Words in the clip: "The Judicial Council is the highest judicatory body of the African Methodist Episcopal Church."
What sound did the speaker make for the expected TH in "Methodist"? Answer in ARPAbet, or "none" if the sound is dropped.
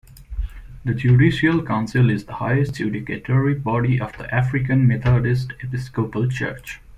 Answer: T